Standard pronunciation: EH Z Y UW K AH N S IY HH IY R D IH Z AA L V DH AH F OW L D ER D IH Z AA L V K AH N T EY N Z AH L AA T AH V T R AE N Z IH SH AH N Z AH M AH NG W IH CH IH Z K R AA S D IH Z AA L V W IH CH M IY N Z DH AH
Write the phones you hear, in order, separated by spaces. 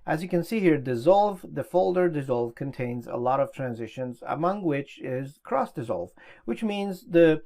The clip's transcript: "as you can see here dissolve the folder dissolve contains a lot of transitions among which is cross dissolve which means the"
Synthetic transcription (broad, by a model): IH Z Y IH K AH N S IY HH IY R D IH Z AA L V DH AH F OW L D ER D IH Z AA L V K AH N T EY N Z AH L AA T AH V T R AE N Z IH SH AH N Z AH M AH NG W IH CH IH Z K R AA S D IH Z AA L V W IH CH M IY N Z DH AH